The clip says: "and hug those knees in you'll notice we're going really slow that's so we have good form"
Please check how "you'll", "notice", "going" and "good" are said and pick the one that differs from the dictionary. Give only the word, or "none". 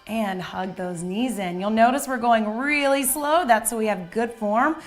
none